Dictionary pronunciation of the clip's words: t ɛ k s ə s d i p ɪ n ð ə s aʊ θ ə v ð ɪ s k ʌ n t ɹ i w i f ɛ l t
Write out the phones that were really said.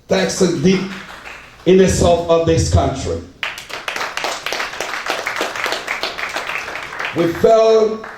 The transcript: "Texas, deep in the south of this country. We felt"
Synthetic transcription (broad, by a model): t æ k s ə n d i p ɪ n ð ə s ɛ f ə v ð ɪ s k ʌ n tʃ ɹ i w i f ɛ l